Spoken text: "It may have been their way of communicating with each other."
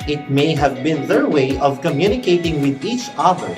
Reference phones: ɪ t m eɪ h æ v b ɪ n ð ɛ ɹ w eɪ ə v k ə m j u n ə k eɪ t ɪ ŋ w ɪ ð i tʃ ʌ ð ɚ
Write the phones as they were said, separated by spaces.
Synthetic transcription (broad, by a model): ɪ t m eɪ h æ v b ɪ n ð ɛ ɹ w eɪ ə v k ə m j u n ə k eɪ t ɪ ŋ w ɪ ð i tʃ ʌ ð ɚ